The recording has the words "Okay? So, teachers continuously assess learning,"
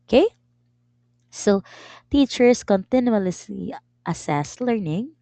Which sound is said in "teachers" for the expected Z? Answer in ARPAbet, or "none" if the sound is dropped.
S